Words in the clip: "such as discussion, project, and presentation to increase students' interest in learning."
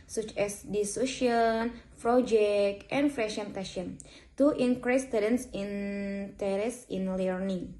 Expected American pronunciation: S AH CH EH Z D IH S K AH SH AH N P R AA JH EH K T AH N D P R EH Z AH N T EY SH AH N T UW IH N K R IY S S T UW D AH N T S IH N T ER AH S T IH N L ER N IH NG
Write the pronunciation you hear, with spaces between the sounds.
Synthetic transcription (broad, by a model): S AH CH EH S D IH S UW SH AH N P R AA JH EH K T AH N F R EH S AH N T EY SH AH N T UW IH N K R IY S S T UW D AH N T S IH N T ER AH S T IH N L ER N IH NG